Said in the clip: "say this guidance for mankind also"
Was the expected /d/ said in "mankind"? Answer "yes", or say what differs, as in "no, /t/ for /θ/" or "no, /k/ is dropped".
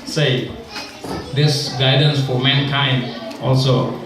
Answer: no, /d/ is dropped